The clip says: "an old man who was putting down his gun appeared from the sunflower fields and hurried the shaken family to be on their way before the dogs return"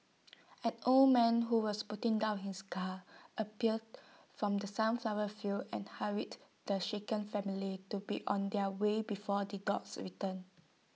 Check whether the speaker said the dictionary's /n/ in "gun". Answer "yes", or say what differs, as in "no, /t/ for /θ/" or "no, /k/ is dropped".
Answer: no, /n/ is dropped